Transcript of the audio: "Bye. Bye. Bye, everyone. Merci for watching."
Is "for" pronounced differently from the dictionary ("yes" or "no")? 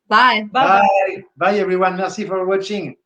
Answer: no